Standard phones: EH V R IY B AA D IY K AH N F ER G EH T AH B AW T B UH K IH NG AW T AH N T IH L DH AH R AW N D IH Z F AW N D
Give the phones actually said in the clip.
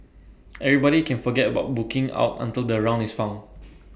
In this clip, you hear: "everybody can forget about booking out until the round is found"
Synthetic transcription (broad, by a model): EH V R IY B AA D IY K AH N F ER G EH T AH B AW T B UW K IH NG AW T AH N T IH L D AH R AW N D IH S F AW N